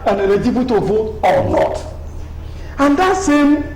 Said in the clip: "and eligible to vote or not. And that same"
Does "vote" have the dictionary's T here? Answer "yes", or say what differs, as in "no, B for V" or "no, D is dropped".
no, T is dropped